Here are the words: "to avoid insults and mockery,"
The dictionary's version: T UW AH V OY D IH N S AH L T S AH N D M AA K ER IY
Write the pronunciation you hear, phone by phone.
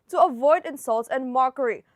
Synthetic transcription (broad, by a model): T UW AH V OY D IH N S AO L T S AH N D M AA K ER IY